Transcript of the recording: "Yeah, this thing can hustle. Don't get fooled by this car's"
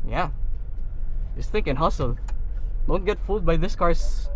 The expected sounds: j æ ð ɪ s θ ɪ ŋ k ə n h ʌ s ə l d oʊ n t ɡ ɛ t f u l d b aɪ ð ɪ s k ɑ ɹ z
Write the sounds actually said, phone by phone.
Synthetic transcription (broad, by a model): j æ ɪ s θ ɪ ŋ k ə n h ʌ s ə l d oʊ n t ɡ ɛ t f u d b aɪ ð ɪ s k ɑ ɹ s